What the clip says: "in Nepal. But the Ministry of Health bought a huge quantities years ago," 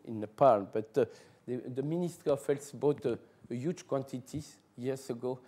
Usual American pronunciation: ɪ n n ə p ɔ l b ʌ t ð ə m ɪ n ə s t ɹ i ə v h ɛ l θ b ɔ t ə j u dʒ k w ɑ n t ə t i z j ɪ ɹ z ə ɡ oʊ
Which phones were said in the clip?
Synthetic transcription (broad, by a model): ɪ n n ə p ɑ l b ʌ t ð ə m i n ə s t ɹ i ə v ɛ l s b ɔ t ə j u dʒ k w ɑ n t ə t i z j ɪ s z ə ɡ oʊ